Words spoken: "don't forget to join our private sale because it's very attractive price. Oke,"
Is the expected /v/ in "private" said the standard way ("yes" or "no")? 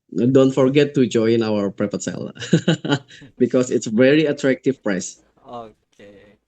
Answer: no